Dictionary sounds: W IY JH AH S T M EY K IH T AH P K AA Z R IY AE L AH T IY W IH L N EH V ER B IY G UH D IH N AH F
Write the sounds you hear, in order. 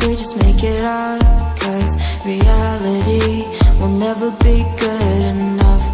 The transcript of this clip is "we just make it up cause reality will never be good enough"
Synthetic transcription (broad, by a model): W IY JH AH S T M EY K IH T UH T K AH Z R IY AE L AH T IY W IH L N EH V ER B IY G UH D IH N AH F